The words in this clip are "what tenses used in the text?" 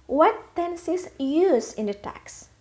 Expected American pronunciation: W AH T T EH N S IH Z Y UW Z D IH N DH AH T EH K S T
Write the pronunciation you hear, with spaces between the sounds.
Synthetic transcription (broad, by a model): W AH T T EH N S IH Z Y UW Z IH N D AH T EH K S